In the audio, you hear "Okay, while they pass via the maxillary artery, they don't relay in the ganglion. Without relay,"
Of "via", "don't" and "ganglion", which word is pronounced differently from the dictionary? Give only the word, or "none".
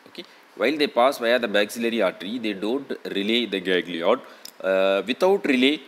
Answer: ganglion